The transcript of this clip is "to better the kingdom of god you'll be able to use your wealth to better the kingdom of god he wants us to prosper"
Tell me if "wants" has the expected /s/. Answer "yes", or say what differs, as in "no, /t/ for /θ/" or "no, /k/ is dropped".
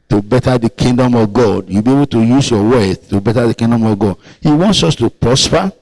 yes